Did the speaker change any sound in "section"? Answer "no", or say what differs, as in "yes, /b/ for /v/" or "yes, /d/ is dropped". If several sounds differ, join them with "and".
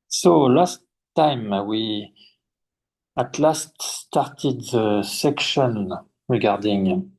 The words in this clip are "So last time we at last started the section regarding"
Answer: no